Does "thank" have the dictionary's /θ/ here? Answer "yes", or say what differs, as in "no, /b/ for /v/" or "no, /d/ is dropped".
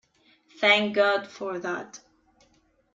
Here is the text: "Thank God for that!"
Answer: yes